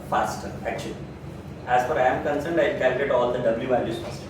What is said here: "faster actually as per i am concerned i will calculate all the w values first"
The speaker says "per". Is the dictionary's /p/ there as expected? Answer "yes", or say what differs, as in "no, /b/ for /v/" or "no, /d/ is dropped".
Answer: no, /f/ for /p/